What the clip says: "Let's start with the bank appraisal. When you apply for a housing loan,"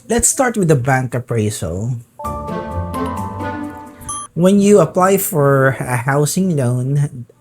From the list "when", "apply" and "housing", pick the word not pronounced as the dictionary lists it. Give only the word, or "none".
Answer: housing